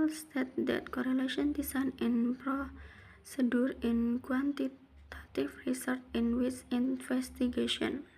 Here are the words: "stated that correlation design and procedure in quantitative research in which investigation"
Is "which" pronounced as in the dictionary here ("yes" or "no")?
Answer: no